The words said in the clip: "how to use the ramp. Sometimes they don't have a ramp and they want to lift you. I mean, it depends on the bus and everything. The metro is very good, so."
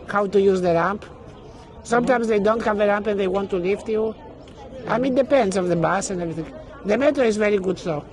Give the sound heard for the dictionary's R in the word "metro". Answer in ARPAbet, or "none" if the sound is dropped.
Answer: none